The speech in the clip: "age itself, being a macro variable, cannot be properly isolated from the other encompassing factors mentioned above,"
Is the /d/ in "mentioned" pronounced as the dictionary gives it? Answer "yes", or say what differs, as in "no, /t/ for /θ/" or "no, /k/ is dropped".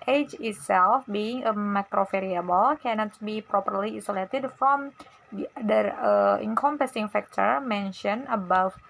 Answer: no, /d/ is dropped